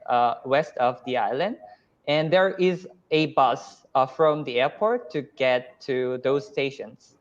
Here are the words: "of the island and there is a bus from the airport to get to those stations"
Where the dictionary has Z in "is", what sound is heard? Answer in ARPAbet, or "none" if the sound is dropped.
Z